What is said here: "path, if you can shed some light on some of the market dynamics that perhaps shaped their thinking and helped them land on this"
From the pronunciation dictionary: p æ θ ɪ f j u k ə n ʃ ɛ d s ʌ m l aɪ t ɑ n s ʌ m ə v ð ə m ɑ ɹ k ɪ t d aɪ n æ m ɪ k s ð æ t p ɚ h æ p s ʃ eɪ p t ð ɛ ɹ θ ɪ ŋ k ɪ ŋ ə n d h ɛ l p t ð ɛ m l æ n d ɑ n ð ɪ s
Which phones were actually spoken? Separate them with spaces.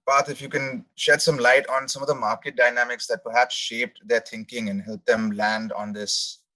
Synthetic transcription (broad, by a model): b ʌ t ɪ f j u k ə n ʃ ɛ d s ʌ m l aɪ t ɑ n s ʌ m ə v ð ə m ɑ ɹ k ɪ t d aɪ n æ m ɪ k s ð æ t p ɚ h æ p s ʃ eɪ p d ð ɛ ɹ t ɪ ŋ k ɪ ŋ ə n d h ɛ l p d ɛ m l æ n d ɑ n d ɪ s